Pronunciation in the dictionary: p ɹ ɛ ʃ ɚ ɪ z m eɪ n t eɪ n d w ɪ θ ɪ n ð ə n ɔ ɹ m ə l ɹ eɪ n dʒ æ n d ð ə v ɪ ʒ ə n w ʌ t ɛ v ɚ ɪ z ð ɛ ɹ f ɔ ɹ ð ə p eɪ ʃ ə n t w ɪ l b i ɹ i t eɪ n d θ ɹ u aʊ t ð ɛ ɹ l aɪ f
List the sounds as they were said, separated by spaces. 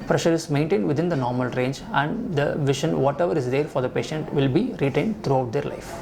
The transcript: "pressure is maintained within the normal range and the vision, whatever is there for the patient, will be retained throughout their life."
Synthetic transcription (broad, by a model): p ɹ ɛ ʃ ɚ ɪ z m eɪ n t eɪ n d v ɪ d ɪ n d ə n ɔ ɹ m ə l ɹ eɪ n dʒ æ n d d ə v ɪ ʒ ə n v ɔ t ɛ v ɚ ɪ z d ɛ ɹ f ɔ ɹ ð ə p eɪ ʃ ə n t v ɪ l b i ɹ i t eɪ n d t ɹ u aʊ t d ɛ ɹ l aɪ f